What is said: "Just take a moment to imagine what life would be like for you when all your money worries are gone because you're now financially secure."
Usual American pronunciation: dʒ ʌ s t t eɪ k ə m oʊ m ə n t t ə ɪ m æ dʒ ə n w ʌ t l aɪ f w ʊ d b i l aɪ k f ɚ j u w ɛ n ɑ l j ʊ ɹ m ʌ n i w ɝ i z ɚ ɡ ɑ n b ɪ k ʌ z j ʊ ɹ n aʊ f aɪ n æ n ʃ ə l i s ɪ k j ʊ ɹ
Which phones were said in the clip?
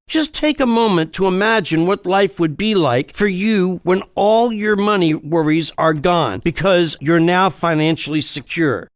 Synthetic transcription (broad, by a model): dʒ ʌ s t t eɪ k ə m oʊ m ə n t t ə ɪ m æ dʒ ə n w ʌ t l aɪ f w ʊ d b i l aɪ k f ɚ j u w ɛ n ɑ l j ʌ ɹ m ʌ n i w ɝ i z ɚ ɡ ɑ n b ɪ k ʌ z j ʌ ɹ n aʊ f aɪ n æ n ʃ l i s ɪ k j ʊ ɹ